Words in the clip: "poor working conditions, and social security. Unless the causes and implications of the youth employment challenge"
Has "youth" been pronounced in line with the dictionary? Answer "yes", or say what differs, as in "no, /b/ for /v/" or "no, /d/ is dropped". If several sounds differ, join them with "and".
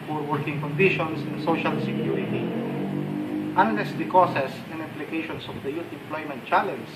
no, /t/ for /θ/